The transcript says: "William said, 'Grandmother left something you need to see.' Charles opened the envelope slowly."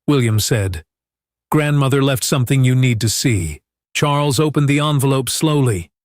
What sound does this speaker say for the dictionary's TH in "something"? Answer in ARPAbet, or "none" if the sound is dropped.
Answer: TH